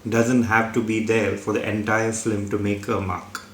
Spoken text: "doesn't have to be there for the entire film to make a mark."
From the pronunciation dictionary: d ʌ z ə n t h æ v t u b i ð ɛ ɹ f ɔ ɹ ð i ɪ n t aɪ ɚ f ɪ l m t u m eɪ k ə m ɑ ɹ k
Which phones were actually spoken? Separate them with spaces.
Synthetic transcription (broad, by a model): d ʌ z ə n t h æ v t u b i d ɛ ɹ f ɔ ɹ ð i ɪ n t aɪ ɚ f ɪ m t u m eɪ k ə m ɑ k